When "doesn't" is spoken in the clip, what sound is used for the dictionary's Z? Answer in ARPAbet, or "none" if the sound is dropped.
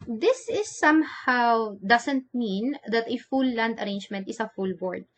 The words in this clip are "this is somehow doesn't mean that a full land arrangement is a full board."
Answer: S